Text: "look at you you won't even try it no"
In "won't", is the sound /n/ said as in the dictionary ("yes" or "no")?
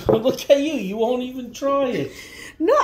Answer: yes